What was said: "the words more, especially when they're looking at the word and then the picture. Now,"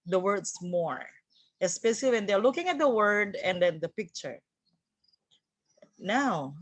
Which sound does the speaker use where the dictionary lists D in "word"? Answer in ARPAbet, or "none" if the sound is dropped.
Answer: D